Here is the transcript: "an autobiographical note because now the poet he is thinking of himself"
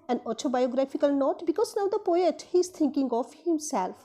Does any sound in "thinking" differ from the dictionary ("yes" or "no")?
yes